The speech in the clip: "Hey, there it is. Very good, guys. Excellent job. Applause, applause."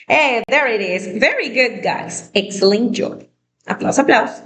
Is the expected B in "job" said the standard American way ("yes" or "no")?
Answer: no